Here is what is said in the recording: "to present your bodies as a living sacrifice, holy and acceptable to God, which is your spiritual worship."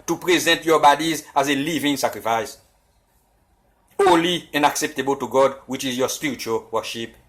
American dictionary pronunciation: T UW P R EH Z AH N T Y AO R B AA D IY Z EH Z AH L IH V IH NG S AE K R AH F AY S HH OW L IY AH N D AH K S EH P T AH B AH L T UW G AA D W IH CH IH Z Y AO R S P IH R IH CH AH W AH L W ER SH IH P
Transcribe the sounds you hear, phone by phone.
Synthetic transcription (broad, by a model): T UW P R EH Z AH N T Y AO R B AA D IY Z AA Z AH L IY V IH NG S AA K R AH F AY S HH OW L IY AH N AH K S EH P T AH B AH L T UW G AA D W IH CH IH Z Y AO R S P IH R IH CH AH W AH L W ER SH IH P